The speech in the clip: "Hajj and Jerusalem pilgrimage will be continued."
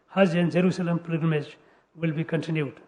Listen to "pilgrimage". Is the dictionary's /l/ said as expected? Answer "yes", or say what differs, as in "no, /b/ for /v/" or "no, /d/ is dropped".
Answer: no, /l/ is dropped